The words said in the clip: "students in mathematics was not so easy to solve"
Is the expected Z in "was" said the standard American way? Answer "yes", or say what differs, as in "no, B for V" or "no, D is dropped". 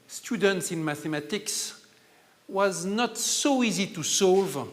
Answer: yes